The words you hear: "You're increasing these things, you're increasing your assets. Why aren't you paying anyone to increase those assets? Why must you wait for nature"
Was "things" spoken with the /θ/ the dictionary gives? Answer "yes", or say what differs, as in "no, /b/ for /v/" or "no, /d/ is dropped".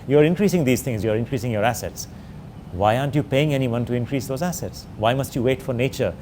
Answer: no, /t/ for /θ/